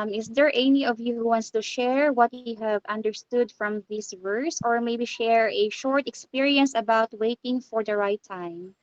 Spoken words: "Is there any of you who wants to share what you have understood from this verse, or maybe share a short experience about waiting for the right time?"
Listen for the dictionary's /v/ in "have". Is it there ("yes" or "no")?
yes